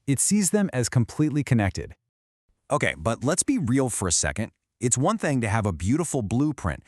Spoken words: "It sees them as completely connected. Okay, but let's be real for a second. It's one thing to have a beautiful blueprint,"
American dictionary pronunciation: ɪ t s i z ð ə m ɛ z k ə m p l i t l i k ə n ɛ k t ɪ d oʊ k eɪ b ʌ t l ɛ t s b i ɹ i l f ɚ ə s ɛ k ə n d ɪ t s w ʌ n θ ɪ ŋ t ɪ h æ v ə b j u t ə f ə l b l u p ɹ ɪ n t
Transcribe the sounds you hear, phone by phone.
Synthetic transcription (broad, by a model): ɪ t s i z ð ə m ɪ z k ə m p l i t l i k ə n ɛ k t ɪ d oʊ k eɪ b ʌ t l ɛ t s b i ɹ i l f ɚ ə s ɛ k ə n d ɪ t s w ʌ n θ ɪ ŋ t ɪ v ə b j u t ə f l b l u p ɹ ɪ n t